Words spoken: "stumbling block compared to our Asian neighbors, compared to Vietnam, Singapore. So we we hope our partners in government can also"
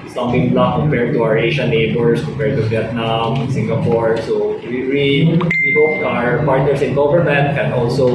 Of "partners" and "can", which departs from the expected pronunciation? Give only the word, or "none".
partners